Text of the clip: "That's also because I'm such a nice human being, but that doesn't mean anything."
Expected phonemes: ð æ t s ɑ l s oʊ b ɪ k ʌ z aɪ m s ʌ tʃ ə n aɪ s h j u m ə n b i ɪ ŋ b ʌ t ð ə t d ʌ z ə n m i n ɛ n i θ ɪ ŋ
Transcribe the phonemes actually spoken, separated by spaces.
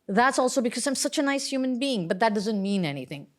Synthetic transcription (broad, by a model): ð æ t s ɑ l s oʊ b ɪ k ʌ z aɪ m s ʌ tʃ ə n aɪ s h j u m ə n b i ɪ ŋ b ʌ t ð ə t d ʌ z ə n m i n ɛ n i θ ɪ ŋ